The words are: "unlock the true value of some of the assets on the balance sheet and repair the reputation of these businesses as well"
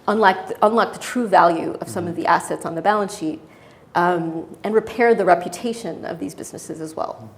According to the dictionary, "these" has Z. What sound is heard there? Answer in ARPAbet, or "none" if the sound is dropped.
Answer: Z